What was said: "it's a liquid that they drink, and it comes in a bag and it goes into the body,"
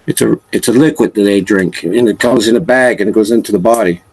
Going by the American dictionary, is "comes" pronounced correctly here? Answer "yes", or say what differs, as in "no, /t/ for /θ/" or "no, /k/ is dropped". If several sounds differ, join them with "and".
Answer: yes